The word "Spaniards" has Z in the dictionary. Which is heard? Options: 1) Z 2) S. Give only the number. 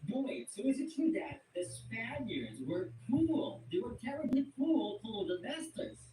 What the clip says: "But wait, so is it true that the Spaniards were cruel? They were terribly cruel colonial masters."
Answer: 1